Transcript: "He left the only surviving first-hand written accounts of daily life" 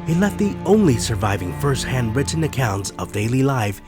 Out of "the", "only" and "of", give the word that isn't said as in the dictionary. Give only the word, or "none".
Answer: none